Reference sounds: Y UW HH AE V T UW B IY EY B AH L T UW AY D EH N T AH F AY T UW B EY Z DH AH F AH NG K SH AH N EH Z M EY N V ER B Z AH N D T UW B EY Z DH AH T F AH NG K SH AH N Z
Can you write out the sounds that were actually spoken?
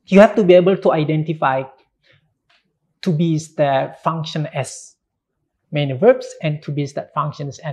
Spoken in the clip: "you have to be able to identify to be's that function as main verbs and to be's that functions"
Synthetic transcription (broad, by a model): Y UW HH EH F T UW B IY EY B AH L T UW AY D EH N T AH F AY T UW B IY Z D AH F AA NG K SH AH N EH S M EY N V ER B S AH N T UW B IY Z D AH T F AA NG K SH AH N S